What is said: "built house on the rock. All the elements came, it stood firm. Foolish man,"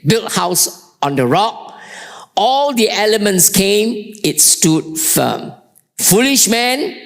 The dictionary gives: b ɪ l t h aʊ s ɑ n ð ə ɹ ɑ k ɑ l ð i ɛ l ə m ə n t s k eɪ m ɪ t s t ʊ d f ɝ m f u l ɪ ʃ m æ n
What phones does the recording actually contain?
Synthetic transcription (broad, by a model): b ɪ l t h aʊ s ɑ n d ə ɹ ɑ k ɑ l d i ɛ l ə m ə n t s k eɪ m ɪ t s t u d f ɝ m f u l ɪ ʃ m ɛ n